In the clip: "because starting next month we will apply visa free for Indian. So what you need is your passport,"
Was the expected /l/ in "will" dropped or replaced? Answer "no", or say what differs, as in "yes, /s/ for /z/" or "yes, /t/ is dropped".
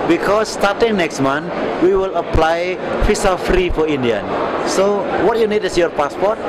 no